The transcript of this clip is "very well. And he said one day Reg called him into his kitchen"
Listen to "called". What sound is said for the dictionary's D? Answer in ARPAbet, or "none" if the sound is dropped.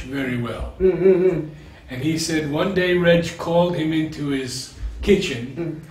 D